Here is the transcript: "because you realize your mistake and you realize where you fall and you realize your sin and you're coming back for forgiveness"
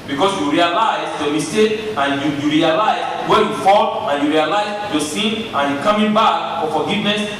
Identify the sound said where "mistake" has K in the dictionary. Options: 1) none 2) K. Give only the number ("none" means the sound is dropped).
1